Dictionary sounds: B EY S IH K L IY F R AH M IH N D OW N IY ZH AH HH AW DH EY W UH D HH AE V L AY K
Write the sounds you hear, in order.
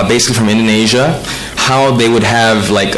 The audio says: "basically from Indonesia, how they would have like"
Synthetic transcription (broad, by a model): B EY S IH K L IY F R AH M IH N D OW N IY ZH AH HH AW DH EY W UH D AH V L AY K